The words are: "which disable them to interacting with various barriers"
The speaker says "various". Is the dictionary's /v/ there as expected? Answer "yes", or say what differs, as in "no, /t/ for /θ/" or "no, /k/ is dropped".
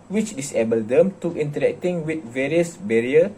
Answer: yes